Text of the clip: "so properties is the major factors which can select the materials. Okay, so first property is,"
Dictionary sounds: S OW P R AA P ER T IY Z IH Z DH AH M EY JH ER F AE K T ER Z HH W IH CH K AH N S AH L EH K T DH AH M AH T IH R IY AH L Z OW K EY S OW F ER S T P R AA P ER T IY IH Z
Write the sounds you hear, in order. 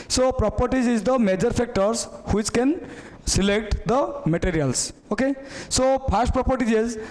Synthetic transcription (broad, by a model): S OW P R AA P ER T IY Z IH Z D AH M EY JH ER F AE K T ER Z HH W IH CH K AH N S AH L EH K T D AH M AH T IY R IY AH L S OW K EY S OW P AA S T P R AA P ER T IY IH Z